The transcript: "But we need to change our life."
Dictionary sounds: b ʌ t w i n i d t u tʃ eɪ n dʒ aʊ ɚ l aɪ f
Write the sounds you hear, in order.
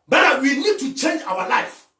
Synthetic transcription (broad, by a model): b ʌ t w i n i d t u tʃ eɪ n dʒ aʊ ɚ l aɪ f